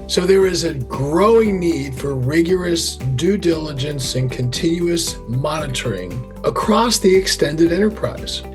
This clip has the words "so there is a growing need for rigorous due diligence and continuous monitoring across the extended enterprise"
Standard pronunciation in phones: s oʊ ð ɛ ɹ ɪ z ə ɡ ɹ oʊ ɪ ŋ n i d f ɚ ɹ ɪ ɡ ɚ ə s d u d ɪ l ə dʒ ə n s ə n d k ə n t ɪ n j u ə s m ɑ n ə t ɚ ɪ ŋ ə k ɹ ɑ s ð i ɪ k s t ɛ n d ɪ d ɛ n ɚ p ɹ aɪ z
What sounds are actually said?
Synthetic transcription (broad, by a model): s oʊ ð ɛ ɹ ɪ z ə ɡ ɹ oʊ ɪ ŋ n i d f ɚ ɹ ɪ ɡ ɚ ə s d u d ɪ l ə dʒ ə n s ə n k ə n t ɪ n j u ə s m ɑ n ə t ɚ ɪ ŋ ə k ɹ ɑ s ð i ɪ k s t ɛ n d ɪ d ɛ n ɚ p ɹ aɪ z